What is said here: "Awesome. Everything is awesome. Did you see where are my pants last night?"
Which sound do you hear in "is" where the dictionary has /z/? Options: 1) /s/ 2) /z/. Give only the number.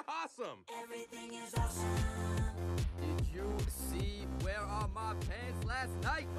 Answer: 2